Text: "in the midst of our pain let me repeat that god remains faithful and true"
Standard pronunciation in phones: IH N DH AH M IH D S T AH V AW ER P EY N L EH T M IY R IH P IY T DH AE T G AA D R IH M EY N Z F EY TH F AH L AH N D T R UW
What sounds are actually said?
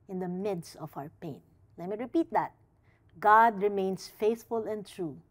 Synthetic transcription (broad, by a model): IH N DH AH M IH D S T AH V AW ER P EY N L EH T M IY R IH P IY T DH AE T G AA D R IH M EY N S F EY TH F AH L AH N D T R UW